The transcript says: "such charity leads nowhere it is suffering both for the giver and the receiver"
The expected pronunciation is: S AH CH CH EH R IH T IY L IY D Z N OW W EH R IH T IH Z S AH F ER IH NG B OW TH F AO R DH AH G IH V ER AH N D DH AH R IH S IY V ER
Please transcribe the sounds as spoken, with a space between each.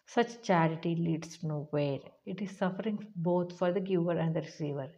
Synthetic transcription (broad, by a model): S AH CH CH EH R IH T IY L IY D S N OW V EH R IH T IH Z S AH F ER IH NG B OW T F AO R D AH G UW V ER AH N D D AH R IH S IY V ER